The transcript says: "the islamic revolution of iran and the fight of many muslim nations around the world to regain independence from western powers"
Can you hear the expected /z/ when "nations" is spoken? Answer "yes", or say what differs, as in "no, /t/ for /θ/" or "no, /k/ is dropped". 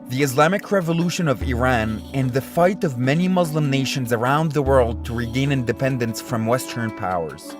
yes